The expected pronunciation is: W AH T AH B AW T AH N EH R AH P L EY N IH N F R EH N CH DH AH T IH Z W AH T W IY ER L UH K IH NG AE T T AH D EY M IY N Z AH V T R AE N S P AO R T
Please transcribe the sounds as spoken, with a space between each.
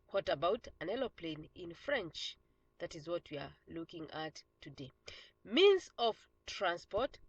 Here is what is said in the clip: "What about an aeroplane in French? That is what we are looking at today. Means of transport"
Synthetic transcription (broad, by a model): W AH T AH B AW T AH N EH L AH P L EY N IH N F R EH N CH DH AH T IH Z W AH T W IY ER L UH K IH NG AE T T AH D EY M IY N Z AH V T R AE N S P AO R T